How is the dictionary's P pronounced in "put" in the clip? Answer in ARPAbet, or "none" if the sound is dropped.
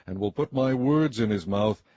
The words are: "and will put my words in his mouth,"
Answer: P